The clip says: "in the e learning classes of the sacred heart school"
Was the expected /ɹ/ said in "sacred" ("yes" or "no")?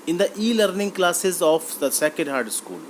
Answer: no